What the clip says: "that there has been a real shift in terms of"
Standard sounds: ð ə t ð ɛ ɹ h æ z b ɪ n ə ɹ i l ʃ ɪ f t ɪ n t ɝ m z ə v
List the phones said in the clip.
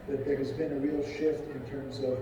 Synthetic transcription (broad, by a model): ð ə t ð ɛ ɹ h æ z b ɪ n ə ɹ i l ʃ ɪ f t ɪ n t ɝ m z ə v